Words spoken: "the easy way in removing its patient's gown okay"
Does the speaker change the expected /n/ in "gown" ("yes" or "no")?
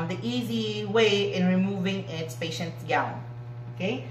yes